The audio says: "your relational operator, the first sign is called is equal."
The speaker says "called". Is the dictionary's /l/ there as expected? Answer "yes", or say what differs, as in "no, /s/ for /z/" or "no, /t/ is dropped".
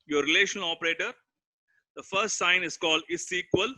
yes